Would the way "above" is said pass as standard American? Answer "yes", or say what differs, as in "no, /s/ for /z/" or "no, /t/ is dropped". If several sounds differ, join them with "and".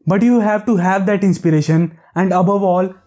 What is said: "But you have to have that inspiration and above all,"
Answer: yes